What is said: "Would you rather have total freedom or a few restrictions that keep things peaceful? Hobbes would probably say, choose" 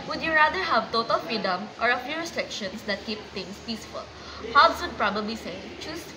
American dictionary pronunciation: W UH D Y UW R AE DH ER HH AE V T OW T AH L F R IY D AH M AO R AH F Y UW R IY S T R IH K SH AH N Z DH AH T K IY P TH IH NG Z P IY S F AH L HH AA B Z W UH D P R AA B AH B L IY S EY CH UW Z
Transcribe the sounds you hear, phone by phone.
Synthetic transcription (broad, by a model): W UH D Y UW R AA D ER HH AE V T OW T AH L F R IY D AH M AO R AH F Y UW R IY S T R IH K SH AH N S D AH T K IY P T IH NG S P IY S F AH L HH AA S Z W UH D P R AA B AH B L IY S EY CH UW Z